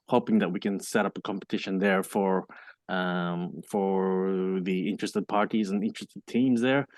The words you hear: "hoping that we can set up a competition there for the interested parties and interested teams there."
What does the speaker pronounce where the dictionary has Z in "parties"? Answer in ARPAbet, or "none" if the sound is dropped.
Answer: Z